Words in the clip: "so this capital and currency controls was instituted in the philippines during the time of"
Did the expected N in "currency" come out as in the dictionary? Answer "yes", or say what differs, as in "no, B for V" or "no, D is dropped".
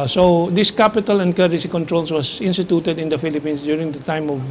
no, N is dropped